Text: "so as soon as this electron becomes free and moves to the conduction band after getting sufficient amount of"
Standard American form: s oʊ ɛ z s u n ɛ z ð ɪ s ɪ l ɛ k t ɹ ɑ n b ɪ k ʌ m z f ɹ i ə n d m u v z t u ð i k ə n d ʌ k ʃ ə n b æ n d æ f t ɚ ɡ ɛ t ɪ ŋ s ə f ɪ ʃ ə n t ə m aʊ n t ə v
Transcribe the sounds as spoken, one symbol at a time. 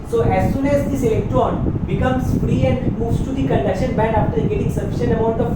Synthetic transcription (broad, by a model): s oʊ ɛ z s u n ɛ z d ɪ s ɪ l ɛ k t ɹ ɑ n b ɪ k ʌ m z f ɹ i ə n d m u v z t u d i k ə n d ʌ k ʃ ə n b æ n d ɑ f t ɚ ɡ ɛ t ɪ ŋ s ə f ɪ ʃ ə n ə m aʊ n t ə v